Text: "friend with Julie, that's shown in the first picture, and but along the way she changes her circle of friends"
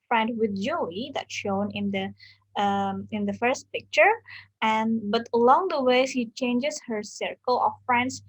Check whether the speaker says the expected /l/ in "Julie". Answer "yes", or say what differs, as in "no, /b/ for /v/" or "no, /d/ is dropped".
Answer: no, /l/ is dropped